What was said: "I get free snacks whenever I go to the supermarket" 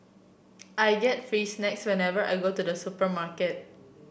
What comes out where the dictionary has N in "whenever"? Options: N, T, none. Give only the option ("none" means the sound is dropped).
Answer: N